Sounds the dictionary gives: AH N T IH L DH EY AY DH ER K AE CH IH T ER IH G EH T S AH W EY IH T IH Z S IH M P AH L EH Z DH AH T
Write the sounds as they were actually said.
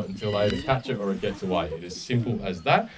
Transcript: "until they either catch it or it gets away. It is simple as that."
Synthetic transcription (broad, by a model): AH N T IH L AY ER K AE CH IH T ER IH G EH T S AH W EY IH T IH Z S IH M P L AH Z DH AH T